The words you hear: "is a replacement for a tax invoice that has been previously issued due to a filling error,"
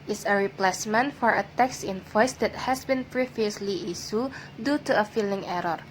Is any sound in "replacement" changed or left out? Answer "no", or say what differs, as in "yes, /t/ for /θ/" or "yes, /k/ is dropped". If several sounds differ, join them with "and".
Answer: no